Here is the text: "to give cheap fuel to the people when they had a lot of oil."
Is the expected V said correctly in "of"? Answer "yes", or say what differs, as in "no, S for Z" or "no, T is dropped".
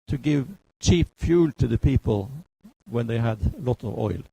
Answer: yes